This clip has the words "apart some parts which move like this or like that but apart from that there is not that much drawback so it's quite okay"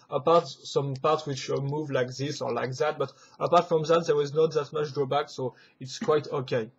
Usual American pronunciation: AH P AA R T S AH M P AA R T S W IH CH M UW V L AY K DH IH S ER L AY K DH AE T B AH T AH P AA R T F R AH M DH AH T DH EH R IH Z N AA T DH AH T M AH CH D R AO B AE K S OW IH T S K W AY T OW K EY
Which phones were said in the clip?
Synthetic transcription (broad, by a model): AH P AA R T S AH M P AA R T W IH CH M UW V L AY K DH IH S ER L AY K DH AE T B AH T AH P AA R T F R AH M DH AH T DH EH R IH Z N AA T DH AH T M AH CH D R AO B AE K S OW IH T S K W AY T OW K EY